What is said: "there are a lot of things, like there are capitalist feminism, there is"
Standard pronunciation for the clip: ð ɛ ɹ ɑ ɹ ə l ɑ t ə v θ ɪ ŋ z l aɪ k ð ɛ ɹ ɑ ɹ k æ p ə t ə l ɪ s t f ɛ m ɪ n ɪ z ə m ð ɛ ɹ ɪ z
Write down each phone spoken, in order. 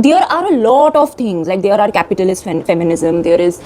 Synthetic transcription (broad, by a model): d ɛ ɹ ɑ ɹ ə l ɑ t ə v t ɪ ŋ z l aɪ k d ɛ ɹ ɑ ɹ k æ p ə t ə l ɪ s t f ɛ m ɪ n ɪ z ə m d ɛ ɹ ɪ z